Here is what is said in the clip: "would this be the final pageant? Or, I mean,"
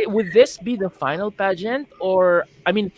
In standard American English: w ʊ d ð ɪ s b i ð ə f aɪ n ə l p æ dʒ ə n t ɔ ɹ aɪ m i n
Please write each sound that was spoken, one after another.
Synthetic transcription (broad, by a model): w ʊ d ð ɪ s b i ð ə f aɪ n ə l p æ dʒ ə n t ɔ ɹ aɪ m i n